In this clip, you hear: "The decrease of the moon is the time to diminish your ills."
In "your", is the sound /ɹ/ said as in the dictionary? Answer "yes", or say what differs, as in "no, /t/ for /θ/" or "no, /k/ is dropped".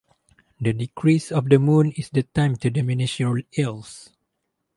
no, /l/ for /ɹ/